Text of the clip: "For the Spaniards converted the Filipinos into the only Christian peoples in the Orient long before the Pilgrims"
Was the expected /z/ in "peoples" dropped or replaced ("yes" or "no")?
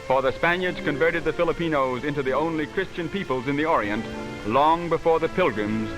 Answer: no